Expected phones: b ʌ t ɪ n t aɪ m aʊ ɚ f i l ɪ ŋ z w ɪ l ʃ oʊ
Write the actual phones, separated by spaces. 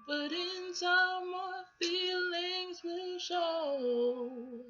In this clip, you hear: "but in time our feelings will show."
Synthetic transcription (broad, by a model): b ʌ t ɪ n s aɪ m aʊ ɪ f i l ɪ ŋ z w ɪ l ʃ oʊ